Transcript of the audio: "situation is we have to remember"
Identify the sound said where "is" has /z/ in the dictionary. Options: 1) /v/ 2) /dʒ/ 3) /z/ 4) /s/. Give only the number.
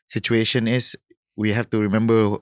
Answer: 4